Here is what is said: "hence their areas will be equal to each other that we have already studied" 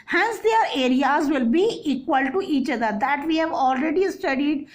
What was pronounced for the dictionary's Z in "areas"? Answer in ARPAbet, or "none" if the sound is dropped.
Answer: Z